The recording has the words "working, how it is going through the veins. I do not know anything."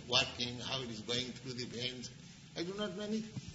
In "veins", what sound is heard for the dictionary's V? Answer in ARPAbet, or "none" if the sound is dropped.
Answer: B